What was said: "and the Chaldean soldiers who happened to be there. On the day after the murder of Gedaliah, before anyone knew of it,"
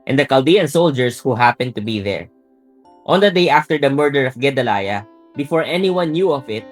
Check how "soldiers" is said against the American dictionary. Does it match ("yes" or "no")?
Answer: no